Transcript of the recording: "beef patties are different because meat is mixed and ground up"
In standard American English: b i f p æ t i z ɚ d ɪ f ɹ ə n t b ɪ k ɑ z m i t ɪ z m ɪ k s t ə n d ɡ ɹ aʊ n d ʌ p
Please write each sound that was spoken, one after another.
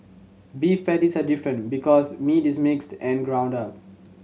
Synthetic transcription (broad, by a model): b i f p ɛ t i s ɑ d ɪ f ɹ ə n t b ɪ k ɑ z m i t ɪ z m ɪ k s t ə n ɡ ɹ aʊ n d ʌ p